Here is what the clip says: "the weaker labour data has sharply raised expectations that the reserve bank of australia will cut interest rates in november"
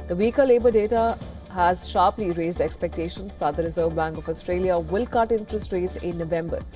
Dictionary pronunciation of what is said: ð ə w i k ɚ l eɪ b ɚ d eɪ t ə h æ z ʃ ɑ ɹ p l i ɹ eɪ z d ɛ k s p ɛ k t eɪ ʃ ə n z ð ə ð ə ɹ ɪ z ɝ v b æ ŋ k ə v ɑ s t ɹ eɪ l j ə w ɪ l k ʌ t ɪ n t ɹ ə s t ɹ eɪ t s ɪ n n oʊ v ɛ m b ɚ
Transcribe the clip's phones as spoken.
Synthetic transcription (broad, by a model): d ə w i k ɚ l eɪ b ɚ d eɪ t ə h æ z ʃ ɑ ɹ p l i ɹ eɪ z d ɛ k s p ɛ k t eɪ ʃ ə n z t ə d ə ɹ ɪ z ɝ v b æ ŋ k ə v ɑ s t ɹ eɪ l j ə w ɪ l k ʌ t ɪ n t ɹ ə s t ɹ eɪ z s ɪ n n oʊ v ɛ m b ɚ